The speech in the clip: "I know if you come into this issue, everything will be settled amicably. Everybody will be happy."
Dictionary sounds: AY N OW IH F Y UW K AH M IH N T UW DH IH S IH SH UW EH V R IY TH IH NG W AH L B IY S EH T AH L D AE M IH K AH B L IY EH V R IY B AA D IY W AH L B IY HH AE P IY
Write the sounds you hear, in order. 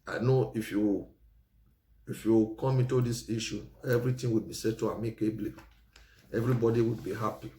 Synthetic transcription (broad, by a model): AY N OW IH F Y UW K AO M IH N T UW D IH S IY SH UW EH V R IY T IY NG W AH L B IY S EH T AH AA M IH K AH B L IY EH V R IY B AA D IY W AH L B IY HH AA P IY